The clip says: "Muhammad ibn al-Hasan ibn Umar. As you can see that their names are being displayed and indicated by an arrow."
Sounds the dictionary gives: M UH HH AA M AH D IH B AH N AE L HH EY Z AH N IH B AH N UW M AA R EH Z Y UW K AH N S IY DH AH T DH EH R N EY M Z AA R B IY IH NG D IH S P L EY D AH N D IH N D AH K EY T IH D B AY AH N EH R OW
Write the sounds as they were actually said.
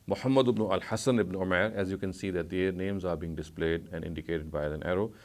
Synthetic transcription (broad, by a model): M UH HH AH M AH D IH B N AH L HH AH S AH N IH B N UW M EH R EH Z Y UW K AH N S IY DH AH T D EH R N EY M Z AA R B IY IH NG D IH S P L EY D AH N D IH N D AH K EY T IH D B AY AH N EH R OW